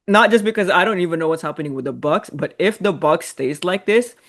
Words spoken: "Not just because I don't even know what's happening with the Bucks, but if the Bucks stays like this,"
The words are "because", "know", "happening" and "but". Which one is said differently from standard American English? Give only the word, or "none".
none